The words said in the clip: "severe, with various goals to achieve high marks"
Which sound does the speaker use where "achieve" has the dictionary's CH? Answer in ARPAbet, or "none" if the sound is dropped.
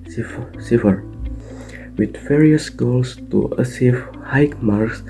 S